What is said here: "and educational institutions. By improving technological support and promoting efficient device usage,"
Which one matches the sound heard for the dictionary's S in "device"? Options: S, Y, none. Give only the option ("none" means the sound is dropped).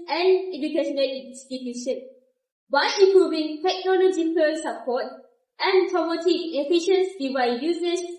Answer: none